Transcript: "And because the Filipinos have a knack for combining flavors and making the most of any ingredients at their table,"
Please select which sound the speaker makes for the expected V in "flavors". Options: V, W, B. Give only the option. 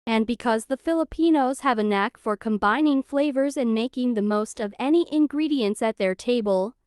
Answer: V